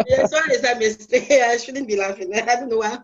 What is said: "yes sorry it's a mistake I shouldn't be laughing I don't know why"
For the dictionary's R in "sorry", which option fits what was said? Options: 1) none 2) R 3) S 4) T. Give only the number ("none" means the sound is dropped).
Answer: 1